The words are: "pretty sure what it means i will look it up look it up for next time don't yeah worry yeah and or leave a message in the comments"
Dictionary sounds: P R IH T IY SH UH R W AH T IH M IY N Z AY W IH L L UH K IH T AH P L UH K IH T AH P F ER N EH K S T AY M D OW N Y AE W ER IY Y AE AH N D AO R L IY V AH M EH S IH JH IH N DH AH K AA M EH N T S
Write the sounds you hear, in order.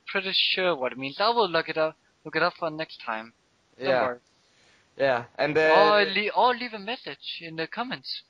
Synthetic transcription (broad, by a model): P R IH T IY SH UH R W AH T IH M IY N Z AY W IH L L UH K IH T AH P L UH K IH T AH P F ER N EH K S T AY M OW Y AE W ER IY Y AE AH N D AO L L IY V AH M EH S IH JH IH N DH AH K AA M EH N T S